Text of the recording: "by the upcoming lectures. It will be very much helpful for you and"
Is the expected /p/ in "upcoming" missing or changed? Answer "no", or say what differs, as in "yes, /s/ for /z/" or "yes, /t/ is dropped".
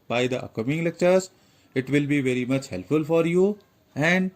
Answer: yes, /p/ is dropped